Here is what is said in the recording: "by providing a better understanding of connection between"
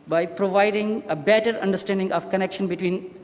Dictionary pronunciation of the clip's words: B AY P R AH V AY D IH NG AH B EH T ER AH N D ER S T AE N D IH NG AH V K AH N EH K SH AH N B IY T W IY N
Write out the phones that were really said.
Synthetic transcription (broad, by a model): B AY P R AH V AY D IH NG AH B EH T ER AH N D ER S T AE N D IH NG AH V K AH N EH K SH AH N B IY T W IY N